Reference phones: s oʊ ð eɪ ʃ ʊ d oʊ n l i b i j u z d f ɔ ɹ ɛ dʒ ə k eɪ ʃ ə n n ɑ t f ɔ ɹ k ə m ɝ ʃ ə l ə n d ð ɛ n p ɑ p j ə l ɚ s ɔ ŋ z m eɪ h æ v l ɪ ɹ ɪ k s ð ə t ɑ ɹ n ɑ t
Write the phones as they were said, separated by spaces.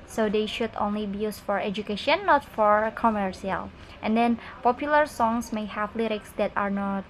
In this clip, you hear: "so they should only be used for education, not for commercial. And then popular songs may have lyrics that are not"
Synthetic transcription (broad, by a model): s oʊ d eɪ ʃ ʊ d oʊ n l i b i j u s f ɔ ɹ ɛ dʒ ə k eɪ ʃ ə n n ɑ t f ɔ ɹ k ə m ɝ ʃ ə l ə n d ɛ n p ɑ p j ə l ɚ s ɔ ŋ s m eɪ h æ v l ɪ ɹ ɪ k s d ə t ɑ ɹ n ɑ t